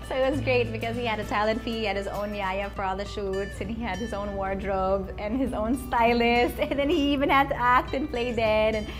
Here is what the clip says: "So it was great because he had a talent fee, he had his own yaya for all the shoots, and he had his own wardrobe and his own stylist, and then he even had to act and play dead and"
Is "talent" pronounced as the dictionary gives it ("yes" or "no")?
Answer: yes